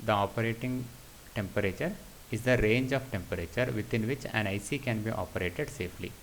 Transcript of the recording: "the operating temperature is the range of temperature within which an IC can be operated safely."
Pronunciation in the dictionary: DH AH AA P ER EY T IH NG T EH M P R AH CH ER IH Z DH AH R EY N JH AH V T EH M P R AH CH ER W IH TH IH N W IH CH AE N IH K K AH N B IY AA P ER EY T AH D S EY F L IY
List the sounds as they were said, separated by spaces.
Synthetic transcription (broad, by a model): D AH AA P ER EY T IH NG T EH M P R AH CH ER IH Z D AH R EY N JH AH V T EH M P R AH CH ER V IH T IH N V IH CH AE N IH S K AH N B IY AA P ER EY T AH D S EY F L IY